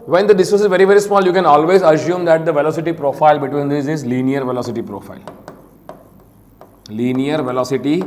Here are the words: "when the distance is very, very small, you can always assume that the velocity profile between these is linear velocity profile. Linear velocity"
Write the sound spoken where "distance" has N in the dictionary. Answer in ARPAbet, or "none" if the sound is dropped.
none